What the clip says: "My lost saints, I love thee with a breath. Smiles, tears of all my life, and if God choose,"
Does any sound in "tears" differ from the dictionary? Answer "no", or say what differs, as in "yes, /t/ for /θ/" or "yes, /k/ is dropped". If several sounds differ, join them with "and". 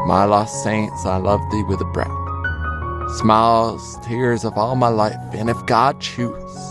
no